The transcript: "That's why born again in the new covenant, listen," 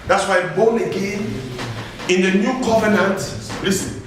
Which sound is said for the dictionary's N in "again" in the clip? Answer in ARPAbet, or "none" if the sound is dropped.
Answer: N